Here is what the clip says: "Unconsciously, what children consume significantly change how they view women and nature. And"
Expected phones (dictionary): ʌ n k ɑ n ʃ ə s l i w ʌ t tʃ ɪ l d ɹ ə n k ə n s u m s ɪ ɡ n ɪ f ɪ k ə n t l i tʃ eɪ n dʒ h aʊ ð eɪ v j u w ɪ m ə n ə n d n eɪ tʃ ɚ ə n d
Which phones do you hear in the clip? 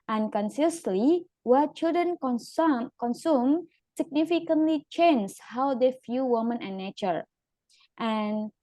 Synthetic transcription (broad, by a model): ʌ n k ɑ n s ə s l i w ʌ tʃ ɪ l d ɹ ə n k ə n s u m s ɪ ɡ n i f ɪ k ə n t l i tʃ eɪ n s h aʊ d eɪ f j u w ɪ m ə n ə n n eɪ tʃ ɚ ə n